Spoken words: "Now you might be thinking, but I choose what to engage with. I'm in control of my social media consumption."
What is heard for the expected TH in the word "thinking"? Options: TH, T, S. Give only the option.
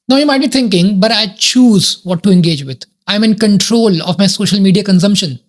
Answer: T